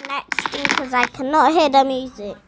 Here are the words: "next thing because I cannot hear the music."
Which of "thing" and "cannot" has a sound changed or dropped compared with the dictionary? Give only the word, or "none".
thing